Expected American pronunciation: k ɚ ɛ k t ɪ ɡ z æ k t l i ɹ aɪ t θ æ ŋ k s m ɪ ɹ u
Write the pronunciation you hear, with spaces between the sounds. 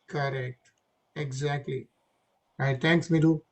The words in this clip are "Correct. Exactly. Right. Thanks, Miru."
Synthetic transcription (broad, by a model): k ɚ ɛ k t ɪ ɡ z æ k t l i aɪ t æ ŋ k s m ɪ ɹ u